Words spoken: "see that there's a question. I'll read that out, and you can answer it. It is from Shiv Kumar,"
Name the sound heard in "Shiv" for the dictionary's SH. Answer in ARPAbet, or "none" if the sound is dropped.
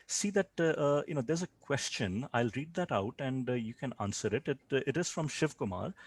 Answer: SH